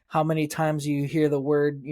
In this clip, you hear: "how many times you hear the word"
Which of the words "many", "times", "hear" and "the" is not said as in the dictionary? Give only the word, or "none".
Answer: none